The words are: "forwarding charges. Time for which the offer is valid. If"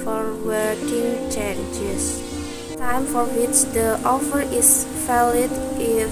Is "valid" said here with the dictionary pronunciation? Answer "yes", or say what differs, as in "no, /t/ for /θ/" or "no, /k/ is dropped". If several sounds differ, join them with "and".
no, /f/ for /v/